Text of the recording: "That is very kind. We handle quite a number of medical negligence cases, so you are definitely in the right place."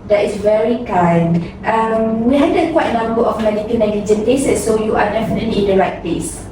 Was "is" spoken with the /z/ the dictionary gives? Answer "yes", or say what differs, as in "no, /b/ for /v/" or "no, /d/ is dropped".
no, /s/ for /z/